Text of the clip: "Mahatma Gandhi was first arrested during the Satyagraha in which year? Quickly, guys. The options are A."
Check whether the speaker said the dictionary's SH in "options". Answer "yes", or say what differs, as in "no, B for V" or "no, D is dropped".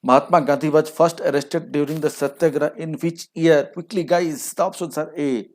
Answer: no, S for SH